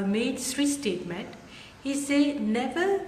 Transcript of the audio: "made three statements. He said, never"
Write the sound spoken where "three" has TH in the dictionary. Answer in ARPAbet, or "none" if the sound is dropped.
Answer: S